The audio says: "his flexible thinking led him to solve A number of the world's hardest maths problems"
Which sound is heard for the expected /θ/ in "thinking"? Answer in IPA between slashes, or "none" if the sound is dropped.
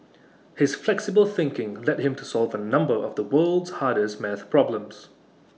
/θ/